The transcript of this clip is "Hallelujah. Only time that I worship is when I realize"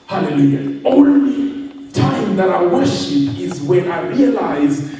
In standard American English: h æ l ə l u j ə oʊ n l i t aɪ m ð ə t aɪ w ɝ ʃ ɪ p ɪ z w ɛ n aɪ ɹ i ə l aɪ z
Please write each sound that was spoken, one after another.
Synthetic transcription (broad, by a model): h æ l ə l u j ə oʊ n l i t aɪ m ð ə t aɪ w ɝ ʃ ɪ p ɪ z w ɛ n aɪ ɹ i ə l aɪ z